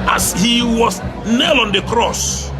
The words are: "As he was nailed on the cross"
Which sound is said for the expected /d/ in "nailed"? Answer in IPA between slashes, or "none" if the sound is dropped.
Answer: none